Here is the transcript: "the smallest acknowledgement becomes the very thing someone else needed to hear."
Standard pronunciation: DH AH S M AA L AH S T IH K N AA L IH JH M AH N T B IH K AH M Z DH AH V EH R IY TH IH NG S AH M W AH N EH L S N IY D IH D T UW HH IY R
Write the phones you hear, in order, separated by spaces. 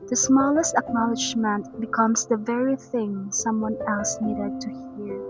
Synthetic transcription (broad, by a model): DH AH S M AA L AH S T IH K N AA L IH JH M AH N T B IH K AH M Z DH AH V EH R IY TH IH NG S AH M W AH N EH L S N IY D IH D T UW HH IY R